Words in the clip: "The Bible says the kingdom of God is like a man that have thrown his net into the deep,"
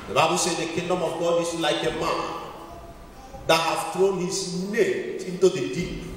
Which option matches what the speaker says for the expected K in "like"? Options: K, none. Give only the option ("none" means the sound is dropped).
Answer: K